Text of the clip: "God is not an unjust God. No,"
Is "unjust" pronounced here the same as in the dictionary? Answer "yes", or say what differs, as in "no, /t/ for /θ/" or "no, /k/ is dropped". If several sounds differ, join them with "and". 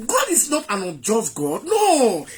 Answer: no, /n/ is dropped